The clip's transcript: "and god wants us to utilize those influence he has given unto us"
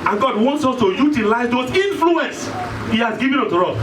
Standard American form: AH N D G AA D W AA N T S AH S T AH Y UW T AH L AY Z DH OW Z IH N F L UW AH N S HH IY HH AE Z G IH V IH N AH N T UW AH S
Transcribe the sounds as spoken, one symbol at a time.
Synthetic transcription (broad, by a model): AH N G AA D W AA N T S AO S T AH Y UW T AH L AY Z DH OW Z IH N F L UW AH N S HH IY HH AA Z G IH V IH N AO T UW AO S